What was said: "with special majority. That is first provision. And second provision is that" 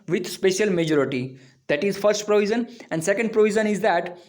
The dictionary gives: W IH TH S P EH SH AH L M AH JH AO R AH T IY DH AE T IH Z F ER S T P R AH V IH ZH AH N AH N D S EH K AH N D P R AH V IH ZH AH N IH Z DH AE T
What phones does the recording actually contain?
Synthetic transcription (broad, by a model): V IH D S P EH SH AH L M AH JH AO R AH T IY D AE T IH Z F ER S T P R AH V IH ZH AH N AH N D S EH K AH N D P R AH V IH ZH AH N IH Z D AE T